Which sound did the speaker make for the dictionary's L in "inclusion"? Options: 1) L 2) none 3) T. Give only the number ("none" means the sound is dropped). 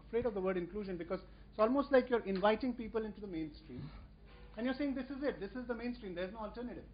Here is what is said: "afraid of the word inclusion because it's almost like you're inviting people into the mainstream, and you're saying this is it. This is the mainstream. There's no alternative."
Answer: 1